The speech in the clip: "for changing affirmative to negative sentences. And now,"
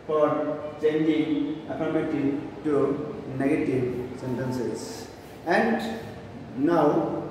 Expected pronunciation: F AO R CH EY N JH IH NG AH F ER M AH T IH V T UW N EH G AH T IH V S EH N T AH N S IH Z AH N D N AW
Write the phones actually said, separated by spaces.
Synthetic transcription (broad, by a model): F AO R CH EY N JH IH NG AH P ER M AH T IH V T UW N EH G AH T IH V S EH N T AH N S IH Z AH N D N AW